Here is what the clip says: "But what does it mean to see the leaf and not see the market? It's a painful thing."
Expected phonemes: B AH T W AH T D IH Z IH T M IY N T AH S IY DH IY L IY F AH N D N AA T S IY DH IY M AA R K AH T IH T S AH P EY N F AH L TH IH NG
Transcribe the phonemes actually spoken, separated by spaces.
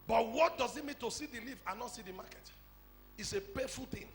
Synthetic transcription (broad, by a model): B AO T W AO T D IH Z IH T M IY N T AH S IY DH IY L IY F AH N N AA T S IY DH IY M AA K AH T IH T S AH P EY F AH L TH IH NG